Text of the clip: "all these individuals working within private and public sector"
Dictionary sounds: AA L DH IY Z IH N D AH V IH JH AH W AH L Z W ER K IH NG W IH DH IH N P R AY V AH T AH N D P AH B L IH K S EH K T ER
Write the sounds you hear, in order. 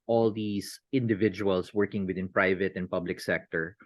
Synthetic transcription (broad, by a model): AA L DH IY S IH N D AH V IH JH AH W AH L S W ER K IH NG W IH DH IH N P R AY V AH T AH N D P AH B L IH K S EH K T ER